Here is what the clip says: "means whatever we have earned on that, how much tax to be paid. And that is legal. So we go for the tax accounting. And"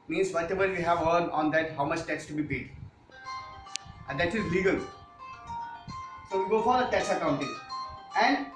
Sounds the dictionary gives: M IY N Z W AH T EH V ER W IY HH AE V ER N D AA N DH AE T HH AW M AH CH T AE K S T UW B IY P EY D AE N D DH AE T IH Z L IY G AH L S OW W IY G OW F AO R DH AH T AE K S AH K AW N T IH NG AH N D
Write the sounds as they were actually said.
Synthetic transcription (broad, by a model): M IY N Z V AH T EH V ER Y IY HH AE V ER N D AA N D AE T HH AW M AH CH T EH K S T UW B IY P EY D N D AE T IH Z L IY G AH L S OW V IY G OW F AO R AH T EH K S AH K AW N T IH NG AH N D